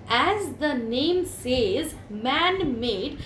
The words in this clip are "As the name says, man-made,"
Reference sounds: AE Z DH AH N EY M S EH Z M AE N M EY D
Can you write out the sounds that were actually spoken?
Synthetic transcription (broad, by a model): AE Z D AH N EY M S EH Z M AE N M EY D